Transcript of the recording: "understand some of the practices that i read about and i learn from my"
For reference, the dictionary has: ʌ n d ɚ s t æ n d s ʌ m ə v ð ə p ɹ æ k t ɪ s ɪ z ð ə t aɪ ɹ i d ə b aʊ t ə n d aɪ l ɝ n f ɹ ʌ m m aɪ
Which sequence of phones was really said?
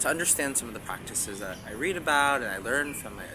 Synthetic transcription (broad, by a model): ʌ n d ɚ s t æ n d s ʌ m ə v ð ə p ɹ æ k t ɪ s ɪ z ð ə t aɪ ɹ i d ə b aʊ t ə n aɪ l ɝ n f ɹ ʌ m m aɪ